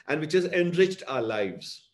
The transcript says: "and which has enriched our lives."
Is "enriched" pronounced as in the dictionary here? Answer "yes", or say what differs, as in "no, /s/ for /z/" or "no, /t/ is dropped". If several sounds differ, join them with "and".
yes